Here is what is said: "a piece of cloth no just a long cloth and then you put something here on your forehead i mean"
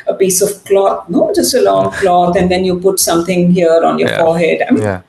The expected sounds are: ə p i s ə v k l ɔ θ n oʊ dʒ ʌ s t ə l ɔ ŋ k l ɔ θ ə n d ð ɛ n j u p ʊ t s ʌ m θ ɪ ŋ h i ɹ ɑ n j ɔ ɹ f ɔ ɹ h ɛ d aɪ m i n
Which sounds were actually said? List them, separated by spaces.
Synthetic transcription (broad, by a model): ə p i s ə v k l ɔ t n oʊ dʒ ʌ s t ə l ɔ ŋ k l ɔ t ə n d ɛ n j u p ʊ t s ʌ m t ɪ ŋ h i ɹ ɑ n j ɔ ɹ f ɔ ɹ h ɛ d aɪ m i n